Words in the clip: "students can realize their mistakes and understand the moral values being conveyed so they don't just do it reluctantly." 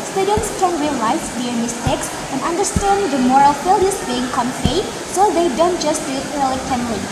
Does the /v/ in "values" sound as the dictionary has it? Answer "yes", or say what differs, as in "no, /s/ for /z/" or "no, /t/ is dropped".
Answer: no, /f/ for /v/